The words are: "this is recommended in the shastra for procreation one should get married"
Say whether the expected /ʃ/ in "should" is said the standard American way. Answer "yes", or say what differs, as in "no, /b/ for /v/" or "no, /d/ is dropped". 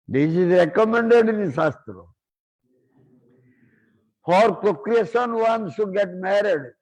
no, /s/ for /ʃ/